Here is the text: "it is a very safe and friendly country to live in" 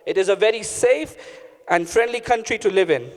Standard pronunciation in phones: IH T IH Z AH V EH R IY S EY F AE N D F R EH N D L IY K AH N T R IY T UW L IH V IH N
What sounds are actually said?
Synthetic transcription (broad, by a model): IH T IH Z AH V EH R IY S EY F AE N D F R EH N D L IY K AH N T R IY T UW L IH V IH N